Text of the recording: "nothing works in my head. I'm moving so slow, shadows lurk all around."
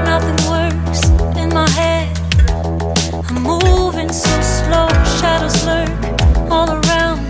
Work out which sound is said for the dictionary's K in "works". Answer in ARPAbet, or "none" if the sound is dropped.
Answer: none